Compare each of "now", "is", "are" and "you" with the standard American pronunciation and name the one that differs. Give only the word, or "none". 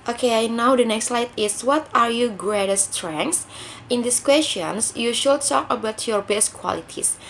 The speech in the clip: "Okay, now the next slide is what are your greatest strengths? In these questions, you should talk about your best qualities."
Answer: is